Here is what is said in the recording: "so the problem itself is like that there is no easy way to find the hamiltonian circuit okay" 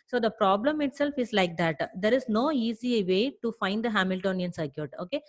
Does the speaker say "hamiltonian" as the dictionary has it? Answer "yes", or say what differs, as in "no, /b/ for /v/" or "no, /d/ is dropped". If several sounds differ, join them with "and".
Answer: yes